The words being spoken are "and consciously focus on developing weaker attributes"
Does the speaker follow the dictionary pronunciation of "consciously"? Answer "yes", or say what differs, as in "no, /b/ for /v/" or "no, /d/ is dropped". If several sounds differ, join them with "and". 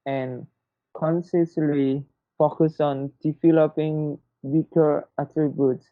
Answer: no, /s/ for /ʃ/